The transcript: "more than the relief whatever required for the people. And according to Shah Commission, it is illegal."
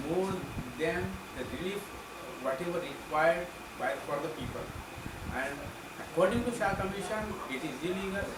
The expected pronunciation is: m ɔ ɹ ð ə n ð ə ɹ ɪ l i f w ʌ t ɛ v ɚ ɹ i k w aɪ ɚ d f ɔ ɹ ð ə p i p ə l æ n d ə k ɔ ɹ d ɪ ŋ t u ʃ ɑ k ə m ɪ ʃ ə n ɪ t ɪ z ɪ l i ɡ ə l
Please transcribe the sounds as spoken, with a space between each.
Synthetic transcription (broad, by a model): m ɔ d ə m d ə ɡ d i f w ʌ t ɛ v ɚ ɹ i k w aɪ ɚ d f ɔ ɹ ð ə p i p ə l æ n d ə k ɔ ɹ d ɪ ŋ t u s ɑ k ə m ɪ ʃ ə n ɪ t ɪ z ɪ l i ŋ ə